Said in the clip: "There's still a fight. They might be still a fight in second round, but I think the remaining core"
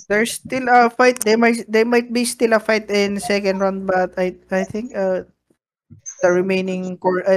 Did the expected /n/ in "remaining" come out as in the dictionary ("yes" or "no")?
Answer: yes